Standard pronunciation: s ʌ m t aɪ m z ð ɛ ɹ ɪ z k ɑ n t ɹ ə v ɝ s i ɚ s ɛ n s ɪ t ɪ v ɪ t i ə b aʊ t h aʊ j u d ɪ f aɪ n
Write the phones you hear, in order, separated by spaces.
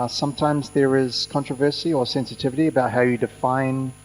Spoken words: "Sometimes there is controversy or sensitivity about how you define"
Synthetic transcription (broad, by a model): s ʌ m t aɪ m z ð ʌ ɹ ɪ z k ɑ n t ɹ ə v ɝ s i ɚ s ɛ n s ɪ t ɪ v ɪ t i ə b aʊ t h aʊ j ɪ d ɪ f aɪ n